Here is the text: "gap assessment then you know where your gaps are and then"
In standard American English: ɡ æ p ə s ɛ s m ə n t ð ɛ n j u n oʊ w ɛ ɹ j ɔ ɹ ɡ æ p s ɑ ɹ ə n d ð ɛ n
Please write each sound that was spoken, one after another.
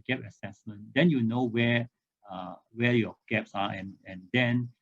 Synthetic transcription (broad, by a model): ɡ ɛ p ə s ɛ s m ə n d ɛ n j u n oʊ w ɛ w j ɔ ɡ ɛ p s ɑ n ə n d ɛ n